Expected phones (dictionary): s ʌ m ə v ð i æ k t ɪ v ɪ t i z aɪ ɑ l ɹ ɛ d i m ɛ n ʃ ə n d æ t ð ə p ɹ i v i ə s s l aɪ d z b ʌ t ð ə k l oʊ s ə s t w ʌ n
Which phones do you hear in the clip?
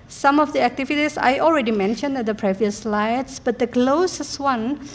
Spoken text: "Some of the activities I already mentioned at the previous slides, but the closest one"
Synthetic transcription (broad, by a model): s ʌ m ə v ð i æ k t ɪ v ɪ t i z aɪ ɑ l ɹ ɛ d i m ɛ n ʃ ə n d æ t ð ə p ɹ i v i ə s s l aɪ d s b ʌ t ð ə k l oʊ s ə s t w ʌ n